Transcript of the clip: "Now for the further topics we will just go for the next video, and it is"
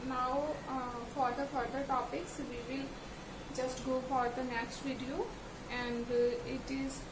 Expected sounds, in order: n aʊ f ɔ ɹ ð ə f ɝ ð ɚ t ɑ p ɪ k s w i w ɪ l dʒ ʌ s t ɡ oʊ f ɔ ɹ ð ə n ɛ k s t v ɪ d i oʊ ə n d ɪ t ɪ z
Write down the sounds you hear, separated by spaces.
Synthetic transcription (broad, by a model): n aʊ f ɔ ɹ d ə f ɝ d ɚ t ɑ p ɪ k s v i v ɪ l dʒ ʌ s t ɡ oʊ f ɔ ɹ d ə n ɛ k s t v ɪ d i oʊ ə n d ɪ t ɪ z